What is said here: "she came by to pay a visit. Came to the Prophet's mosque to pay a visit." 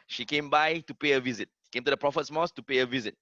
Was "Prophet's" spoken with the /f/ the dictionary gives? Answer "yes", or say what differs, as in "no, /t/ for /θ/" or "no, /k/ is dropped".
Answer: yes